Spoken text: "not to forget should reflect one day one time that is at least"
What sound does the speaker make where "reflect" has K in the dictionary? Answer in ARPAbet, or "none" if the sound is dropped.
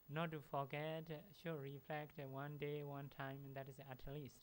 K